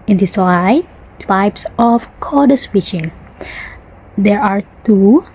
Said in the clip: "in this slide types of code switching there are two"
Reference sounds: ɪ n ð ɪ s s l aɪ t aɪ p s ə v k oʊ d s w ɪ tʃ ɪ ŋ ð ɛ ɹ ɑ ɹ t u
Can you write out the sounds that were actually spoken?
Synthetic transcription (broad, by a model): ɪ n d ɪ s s w aɪ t aɪ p s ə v k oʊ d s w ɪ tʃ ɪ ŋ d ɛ ɹ ɑ ɹ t u